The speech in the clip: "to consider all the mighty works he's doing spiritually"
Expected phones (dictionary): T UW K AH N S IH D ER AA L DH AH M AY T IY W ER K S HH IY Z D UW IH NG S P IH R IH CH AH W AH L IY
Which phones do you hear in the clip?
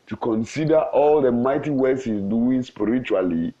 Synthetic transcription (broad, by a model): T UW K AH N S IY D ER AA L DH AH M AY T IY W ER S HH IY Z D UW IH NG S P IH R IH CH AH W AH L IY